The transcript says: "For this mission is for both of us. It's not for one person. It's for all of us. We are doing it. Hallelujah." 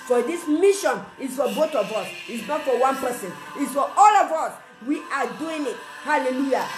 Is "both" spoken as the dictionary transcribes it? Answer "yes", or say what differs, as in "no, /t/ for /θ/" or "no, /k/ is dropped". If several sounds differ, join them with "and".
no, /t/ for /θ/